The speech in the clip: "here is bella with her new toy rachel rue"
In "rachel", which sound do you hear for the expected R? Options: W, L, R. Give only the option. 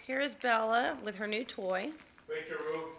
W